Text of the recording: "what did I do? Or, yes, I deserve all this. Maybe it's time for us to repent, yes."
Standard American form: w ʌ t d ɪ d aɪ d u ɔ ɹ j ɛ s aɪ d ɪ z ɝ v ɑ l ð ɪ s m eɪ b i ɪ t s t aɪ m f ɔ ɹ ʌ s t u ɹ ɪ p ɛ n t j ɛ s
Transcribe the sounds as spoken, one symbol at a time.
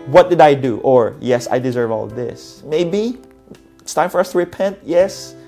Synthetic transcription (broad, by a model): w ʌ t d ɪ d aɪ d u ɔ ɹ j ɛ s aɪ d ɪ z ɝ v ɑ l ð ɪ s m eɪ b i ɪ t s t aɪ m f ɔ ɹ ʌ s t u ɹ ɪ p ɛ n t j ɛ s